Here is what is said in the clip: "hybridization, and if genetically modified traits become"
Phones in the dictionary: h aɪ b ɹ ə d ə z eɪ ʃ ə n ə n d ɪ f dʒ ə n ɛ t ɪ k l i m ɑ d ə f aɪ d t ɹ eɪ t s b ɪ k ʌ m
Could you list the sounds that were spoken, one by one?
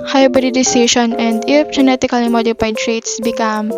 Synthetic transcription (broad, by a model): h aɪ b ɹ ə d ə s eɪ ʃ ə n ə n d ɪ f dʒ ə n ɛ t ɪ k l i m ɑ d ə p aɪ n t ɹ eɪ t s b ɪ k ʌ m